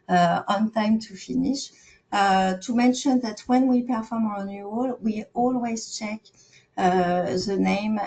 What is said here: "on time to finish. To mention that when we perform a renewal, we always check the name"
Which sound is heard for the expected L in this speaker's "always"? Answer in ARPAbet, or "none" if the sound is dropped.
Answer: L